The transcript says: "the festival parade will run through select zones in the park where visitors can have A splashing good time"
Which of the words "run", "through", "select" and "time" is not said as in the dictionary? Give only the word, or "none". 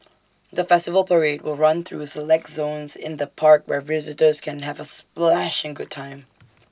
none